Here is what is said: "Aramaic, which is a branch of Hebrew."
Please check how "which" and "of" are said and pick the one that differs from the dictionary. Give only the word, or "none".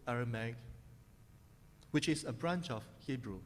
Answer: of